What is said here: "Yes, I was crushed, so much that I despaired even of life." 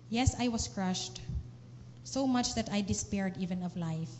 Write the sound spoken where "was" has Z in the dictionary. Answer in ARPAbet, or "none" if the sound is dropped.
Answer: S